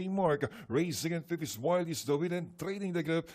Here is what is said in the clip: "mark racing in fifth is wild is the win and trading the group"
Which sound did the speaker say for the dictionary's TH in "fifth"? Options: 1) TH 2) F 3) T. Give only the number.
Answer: 2